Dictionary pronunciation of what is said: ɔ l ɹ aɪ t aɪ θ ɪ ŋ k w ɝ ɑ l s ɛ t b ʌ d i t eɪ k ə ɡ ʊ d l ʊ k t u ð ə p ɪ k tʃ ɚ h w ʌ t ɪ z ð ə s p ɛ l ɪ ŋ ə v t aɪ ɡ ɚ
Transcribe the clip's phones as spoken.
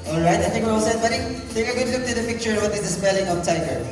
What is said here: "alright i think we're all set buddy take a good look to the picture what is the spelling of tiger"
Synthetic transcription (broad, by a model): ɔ l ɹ aɪ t aɪ t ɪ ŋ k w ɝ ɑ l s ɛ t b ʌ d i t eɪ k ə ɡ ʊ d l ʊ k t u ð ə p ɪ k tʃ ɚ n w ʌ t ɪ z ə s p ɛ l ɪ ŋ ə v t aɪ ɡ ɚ